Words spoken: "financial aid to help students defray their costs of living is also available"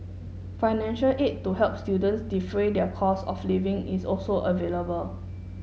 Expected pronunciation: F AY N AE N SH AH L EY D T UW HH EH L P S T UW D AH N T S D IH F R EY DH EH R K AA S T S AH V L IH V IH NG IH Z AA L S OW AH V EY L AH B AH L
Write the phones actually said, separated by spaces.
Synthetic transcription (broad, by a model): F AY N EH N SH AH L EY T UW HH EH L P S T UW D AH N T S D IH F R EY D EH K AA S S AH F L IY V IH NG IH S AA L S OW AH V EY L AH B AH L